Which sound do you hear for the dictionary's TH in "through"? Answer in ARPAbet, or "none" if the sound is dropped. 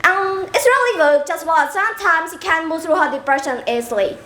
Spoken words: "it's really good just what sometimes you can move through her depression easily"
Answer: TH